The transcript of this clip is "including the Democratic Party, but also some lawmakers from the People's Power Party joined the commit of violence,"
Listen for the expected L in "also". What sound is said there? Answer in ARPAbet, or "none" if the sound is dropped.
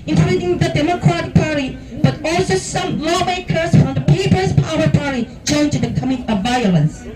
L